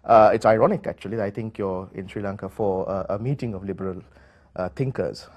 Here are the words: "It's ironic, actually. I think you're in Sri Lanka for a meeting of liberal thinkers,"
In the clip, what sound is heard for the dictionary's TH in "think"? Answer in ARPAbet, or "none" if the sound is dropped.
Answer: T